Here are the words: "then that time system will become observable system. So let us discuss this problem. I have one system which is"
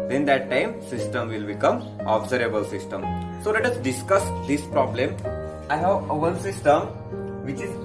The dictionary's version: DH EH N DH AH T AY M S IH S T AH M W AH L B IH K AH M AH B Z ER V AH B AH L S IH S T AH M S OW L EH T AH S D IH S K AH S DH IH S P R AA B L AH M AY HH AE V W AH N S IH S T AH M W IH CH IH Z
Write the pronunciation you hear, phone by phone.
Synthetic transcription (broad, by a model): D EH N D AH T AY M S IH S T AH M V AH L B IH K AH M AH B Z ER AH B AH L S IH S T AH M S OW L EH T AH S D IH S K AH S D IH S P R AA B L AH M AY HH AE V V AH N S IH S T AH M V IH CH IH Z